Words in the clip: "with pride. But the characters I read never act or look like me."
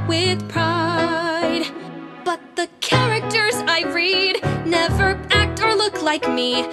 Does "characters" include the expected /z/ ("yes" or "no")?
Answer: yes